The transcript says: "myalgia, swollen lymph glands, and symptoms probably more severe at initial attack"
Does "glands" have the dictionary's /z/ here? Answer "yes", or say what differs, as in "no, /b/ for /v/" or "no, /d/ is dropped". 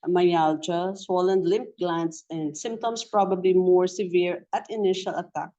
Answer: no, /s/ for /z/